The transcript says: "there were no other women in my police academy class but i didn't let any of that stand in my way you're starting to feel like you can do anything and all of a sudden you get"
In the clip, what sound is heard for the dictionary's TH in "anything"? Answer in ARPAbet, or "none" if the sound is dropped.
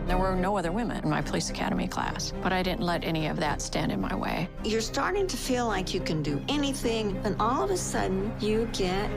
TH